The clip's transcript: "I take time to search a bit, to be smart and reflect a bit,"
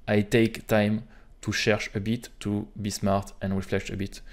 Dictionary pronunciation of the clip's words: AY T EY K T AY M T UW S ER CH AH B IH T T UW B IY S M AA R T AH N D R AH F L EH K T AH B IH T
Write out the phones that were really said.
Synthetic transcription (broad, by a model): AY T EY K T AY M T UW SH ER SH AH B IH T T UW B IY S M AA R T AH N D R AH F L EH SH AH B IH T